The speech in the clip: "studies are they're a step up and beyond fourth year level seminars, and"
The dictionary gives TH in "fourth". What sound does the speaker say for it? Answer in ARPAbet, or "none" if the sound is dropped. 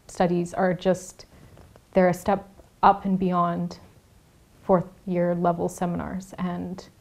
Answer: TH